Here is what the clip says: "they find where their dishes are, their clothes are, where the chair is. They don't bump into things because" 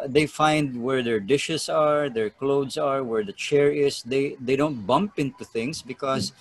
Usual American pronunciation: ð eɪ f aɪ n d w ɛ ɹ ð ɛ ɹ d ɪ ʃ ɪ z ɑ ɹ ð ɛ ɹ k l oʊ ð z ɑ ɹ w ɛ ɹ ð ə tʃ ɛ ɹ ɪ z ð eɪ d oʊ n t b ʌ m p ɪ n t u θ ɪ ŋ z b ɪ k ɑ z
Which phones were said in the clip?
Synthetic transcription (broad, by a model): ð eɪ f aɪ n d w ɛ ɹ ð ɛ ɹ d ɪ ʃ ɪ s ɑ ɹ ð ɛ ɹ k l oʊ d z ɑ ɹ w ɛ ɹ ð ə tʃ ɛ ɹ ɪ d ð eɪ d oʊ n t b ʌ m p ɪ n t u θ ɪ ŋ s b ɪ k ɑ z